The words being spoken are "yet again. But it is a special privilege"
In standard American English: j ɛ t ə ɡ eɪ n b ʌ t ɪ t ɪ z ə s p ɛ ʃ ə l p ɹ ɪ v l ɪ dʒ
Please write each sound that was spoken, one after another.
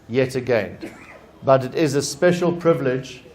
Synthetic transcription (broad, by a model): j ɛ t ə ɡ eɪ n b ʌ t ɪ t ɪ z ə s p ɛ ʃ ə l p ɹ ɪ v l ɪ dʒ